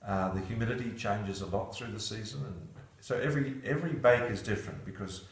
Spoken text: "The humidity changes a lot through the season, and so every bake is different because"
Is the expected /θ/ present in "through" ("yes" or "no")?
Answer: yes